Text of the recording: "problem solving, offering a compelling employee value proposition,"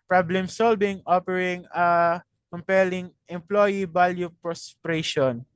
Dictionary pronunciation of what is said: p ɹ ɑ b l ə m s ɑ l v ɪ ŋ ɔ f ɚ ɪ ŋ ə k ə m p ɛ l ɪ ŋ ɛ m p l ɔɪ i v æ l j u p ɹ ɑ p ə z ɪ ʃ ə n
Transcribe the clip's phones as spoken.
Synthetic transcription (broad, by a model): p ɹ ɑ b l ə m s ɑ l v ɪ ŋ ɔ p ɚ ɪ ŋ ə k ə m p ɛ l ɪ ŋ ɛ m p l ɔɪ i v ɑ l j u p ɹ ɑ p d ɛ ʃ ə n